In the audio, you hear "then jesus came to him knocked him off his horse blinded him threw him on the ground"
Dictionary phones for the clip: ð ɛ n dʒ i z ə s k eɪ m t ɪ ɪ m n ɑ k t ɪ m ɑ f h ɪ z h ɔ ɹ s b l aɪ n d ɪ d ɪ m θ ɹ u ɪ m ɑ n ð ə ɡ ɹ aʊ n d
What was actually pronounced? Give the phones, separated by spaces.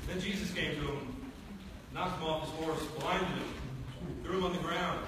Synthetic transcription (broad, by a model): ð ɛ n dʒ i z ə s k eɪ m t ɪ ɪ m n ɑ ɪ m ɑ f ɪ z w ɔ ɹ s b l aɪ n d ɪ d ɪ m θ ɹ u ɪ m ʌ n ð ə ɡ ɹ aʊ n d